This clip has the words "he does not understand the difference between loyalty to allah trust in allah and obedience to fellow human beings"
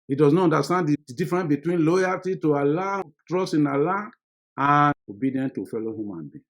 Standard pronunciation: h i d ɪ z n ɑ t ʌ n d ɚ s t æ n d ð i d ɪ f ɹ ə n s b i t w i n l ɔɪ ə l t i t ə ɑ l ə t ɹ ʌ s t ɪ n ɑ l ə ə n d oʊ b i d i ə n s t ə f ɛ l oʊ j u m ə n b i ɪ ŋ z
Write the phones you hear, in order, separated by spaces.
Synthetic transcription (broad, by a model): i d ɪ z n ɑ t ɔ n d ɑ s t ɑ n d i d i f ɹ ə n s b i t w i n l ɔɪ ə l t i t ə ɑ l ə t ɹ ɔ s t ɪ n ɑ l ə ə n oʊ b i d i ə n t ə f ɛ l oʊ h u m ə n b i